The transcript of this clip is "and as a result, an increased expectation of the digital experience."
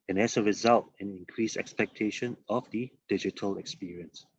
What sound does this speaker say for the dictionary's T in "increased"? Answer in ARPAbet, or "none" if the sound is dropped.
none